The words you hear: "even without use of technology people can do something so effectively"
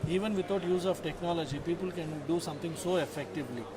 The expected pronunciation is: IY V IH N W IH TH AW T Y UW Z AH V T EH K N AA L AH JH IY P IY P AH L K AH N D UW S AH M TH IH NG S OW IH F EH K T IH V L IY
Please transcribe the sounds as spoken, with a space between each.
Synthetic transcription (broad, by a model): IY V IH N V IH T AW T Y UW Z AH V T EH K N AA L AH JH IY P IY P AH L K AH N D UW S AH M T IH NG S OW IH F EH K T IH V L IY